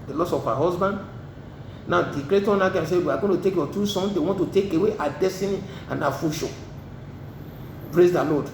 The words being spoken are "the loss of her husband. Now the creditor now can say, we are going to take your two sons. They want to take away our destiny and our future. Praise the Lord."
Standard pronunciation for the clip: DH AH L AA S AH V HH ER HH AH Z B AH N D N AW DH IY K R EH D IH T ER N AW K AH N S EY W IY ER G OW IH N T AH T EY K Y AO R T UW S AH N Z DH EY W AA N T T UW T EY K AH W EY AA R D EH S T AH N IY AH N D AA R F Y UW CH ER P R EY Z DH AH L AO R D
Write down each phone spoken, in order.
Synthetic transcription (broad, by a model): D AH L AA S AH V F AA HH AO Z B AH N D N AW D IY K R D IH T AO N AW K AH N S EY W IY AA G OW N T AH T EY K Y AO T UW S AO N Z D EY W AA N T T UW T EY K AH W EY AA D EH S T AH N IY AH N AA F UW SH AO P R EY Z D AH L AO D